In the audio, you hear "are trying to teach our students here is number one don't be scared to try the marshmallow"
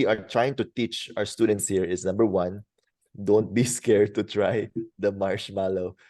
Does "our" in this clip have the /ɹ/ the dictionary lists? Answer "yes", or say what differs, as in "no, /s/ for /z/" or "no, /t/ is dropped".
yes